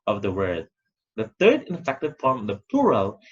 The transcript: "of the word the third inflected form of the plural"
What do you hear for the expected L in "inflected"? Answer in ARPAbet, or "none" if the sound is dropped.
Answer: none